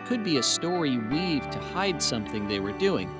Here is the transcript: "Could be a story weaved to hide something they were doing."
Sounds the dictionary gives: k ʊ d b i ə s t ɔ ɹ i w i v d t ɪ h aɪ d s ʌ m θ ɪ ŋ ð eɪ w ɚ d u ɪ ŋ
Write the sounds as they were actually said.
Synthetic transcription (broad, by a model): k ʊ d b i ə s t ɔ ɹ i w i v t ɪ h aɪ d s ʌ m θ ɪ ŋ ð eɪ w ɚ d u ɪ ŋ